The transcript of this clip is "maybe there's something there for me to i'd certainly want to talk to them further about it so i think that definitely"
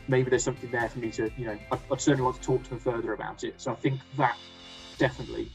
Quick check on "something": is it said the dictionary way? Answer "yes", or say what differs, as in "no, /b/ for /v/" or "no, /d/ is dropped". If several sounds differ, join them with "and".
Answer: yes